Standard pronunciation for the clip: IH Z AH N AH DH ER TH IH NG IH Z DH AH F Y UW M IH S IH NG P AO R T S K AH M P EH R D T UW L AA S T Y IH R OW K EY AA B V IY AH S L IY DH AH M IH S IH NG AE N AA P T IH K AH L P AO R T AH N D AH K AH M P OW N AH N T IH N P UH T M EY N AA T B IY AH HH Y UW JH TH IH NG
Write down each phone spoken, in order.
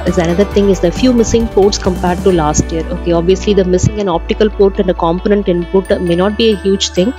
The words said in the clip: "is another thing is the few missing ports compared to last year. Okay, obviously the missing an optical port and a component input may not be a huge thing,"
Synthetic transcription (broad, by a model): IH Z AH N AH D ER T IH NG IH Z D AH F Y UW M IH S IH NG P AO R T S K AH M P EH R D T UW L AA S T Y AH R OW K EY AA B V IY AH S L IY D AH M IH S IH NG AE N AA P T IH K AH L P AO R T AH N D AH K AH M P OW N AH N T IH N P UH T M EY N AA T B IY AH HH Y UW JH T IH NG